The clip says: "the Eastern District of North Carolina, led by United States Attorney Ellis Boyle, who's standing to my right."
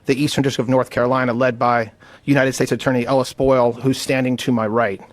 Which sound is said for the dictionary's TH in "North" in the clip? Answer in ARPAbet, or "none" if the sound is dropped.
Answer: TH